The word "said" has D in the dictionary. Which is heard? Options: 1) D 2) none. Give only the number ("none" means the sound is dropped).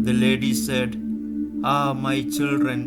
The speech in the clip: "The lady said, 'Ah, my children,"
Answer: 1